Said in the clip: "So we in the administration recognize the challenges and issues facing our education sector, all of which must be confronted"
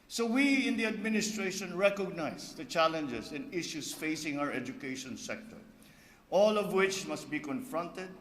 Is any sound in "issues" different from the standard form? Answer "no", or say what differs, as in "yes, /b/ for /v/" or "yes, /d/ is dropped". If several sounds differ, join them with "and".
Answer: yes, /s/ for /z/